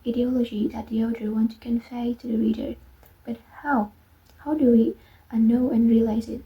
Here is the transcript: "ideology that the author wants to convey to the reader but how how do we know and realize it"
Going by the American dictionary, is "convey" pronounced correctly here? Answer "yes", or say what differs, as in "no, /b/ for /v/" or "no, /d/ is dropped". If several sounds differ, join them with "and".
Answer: no, /f/ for /v/